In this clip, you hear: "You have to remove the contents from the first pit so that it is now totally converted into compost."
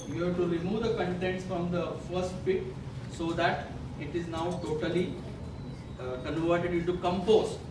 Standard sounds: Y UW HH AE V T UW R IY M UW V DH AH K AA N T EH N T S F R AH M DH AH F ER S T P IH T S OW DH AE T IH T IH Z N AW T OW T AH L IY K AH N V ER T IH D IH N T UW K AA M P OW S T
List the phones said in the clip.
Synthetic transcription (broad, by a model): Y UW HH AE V T UW R IY M UW V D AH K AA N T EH N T S F R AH M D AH F ER S T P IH T S OW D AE T IH T IH Z N AW T OW T AH L IY K AH N V ER T IH D IH N T UW K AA M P OW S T